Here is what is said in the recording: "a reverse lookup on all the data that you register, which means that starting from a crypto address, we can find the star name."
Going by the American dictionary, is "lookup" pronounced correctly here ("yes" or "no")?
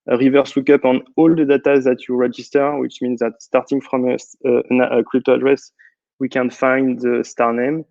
no